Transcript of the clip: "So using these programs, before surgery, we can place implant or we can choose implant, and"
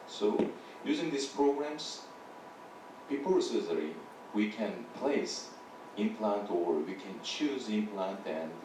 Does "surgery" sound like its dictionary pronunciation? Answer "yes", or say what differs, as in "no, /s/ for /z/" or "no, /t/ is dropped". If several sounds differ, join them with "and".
no, /z/ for /dʒ/